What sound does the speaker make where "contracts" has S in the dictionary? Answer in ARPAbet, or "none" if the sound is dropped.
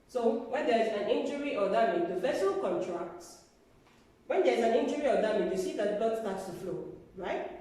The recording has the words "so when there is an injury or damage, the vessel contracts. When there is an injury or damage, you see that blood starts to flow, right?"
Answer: none